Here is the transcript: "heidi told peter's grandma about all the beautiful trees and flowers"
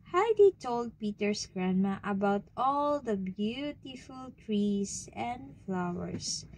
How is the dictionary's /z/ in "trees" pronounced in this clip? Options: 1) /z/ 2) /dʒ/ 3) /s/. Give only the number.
3